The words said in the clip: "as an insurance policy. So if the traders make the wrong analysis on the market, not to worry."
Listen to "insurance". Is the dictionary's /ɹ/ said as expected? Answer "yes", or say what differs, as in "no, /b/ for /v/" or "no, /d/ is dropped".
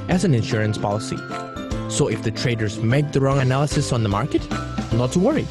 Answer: yes